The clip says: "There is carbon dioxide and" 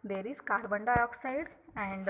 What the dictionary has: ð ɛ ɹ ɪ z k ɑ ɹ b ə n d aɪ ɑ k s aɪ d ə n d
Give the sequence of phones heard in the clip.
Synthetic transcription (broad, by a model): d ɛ ɹ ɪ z k ɑ l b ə n d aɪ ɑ k s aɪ d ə n d